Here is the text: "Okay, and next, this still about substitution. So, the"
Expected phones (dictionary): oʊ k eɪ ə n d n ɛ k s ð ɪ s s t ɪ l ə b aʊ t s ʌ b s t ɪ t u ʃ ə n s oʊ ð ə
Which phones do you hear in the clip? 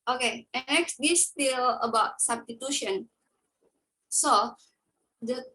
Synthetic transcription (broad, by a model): oʊ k eɪ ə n n ɛ k s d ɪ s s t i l ə b aʊ t s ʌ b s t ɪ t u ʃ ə n s oʊ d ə